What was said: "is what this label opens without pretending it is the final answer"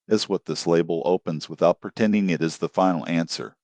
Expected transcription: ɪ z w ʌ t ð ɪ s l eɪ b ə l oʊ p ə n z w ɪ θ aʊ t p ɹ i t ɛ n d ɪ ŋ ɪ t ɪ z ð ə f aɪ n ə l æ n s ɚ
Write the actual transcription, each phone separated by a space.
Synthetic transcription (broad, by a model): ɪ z w ʌ t ð ɪ s l eɪ b l oʊ p ə n z w ɪ θ aʊ t p ɹ i t ɛ n d ɪ ŋ ɪ t ɪ z ð ə f aɪ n l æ n s ɚ